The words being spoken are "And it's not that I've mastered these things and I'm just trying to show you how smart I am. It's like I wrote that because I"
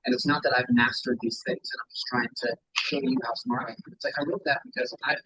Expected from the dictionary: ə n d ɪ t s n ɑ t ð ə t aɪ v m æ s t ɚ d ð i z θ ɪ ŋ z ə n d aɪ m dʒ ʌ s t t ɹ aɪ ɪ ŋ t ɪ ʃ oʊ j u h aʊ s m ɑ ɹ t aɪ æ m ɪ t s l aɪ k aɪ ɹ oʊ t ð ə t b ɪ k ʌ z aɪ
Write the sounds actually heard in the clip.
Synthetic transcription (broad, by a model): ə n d ɪ t s n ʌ t ð ə t aɪ v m æ s t ɚ d ð i z θ ɪ ŋ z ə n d aɪ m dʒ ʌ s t t ɹ aɪ ɪ ŋ t ɪ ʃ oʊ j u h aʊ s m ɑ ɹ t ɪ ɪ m ɪ t s l aɪ k aɪ l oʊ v ð ə t b ɪ k ʌ z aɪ